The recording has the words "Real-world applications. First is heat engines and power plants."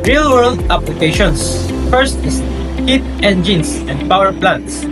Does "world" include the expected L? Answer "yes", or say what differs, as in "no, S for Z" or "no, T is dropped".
yes